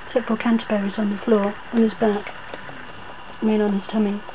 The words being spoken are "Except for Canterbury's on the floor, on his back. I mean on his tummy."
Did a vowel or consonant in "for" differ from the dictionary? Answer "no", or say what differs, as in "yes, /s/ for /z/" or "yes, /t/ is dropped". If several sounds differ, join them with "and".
yes, /l/ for /ɹ/